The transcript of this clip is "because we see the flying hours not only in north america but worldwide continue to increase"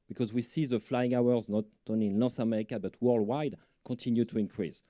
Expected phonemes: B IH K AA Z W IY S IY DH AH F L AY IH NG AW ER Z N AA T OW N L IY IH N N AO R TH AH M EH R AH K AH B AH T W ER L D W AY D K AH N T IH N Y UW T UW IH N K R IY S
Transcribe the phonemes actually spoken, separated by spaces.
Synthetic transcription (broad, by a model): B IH K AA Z W IY S IY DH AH F L AY IH NG AW ER Z N AA T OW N L IY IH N L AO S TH AH M EH R AH K AH B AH T W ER L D W AY D K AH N T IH N Y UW T UW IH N K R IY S